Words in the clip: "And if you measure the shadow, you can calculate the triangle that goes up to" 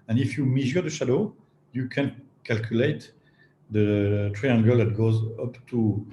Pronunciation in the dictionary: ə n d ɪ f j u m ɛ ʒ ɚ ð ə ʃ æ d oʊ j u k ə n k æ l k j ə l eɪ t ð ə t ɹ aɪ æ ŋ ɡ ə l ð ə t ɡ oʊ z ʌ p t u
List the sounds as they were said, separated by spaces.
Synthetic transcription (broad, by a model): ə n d ɪ f j u m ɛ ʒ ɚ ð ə ʃ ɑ d oʊ j u k ə n k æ l k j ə l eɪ t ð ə t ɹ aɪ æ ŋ ɡ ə l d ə t ɡ oʊ z ʌ p t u